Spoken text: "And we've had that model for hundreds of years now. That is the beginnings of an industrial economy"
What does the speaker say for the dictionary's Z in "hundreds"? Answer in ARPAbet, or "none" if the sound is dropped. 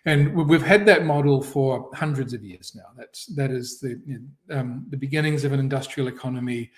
Z